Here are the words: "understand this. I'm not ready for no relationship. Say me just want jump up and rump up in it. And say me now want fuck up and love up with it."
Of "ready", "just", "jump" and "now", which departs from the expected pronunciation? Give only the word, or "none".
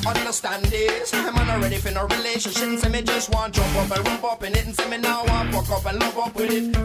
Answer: jump